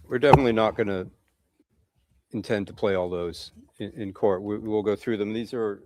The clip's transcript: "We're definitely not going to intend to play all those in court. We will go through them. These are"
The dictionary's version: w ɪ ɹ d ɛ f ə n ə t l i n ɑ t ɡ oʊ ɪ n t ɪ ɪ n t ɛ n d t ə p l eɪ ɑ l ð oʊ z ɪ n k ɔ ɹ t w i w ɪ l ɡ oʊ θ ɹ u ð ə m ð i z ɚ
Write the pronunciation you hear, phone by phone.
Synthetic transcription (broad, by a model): w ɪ ɹ d ɛ f ə n ə t l i n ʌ t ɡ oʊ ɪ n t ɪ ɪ n t ɛ n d t ə p l eɪ ɑ l ð oʊ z ɪ n k ɔ ɹ t w i w ɪ l ɡ oʊ θ ɹ u ð ə m ð i z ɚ